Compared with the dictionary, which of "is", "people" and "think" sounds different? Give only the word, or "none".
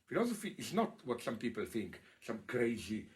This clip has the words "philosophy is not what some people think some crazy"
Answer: is